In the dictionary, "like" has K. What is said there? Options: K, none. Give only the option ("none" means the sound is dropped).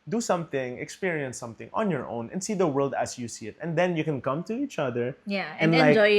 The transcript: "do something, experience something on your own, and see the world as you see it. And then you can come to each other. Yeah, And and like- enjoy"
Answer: none